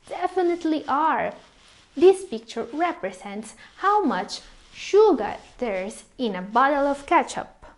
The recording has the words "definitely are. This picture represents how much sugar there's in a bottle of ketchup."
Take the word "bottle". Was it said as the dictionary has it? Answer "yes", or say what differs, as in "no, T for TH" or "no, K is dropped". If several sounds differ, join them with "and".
yes